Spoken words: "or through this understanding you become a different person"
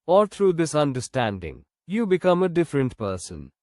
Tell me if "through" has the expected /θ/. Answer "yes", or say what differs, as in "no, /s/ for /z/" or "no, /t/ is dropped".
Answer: no, /t/ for /θ/